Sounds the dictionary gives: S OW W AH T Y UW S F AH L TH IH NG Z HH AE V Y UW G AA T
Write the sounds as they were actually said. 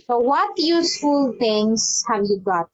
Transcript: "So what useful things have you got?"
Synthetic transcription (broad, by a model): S OW W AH T Y UW S F AH L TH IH NG S HH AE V Y UW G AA T